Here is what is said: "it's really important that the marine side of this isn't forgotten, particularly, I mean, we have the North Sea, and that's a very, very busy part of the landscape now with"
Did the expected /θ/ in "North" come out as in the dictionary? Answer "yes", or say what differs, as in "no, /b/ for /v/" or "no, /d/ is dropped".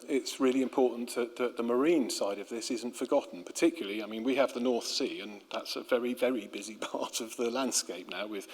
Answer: yes